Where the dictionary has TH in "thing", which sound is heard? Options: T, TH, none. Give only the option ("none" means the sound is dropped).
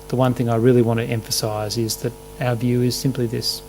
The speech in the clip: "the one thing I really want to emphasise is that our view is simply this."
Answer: TH